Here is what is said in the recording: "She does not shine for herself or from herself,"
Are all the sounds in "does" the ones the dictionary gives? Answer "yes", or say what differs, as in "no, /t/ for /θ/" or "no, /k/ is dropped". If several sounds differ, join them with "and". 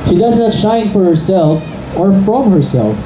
yes